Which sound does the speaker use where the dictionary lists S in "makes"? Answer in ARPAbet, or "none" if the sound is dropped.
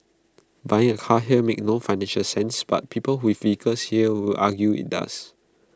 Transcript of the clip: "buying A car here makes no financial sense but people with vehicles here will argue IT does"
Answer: none